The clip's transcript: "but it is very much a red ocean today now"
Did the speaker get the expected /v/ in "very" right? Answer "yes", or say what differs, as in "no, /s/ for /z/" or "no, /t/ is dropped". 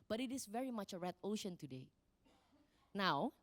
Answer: yes